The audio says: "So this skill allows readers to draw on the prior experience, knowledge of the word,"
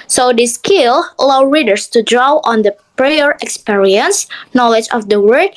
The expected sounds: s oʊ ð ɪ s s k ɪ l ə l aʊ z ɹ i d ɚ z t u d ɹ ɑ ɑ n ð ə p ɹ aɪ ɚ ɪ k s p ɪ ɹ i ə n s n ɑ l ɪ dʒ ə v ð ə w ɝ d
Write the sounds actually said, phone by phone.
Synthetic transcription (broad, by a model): s oʊ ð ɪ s s k ɪ l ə l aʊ ɹ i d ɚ s t u d ɹ ɑ ɑ n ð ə p ɹ aɪ ɚ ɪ k s p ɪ ɹ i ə n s n ɑ l ɪ dʒ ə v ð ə w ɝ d